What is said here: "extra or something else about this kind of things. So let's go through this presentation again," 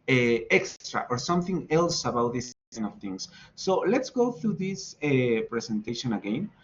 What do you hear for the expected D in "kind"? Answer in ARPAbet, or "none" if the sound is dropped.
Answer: none